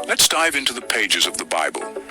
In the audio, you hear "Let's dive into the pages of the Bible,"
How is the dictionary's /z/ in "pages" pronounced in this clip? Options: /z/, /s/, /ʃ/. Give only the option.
/z/